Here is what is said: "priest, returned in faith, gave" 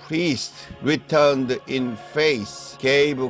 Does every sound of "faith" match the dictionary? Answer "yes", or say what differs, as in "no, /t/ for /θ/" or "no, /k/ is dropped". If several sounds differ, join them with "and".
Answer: no, /s/ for /θ/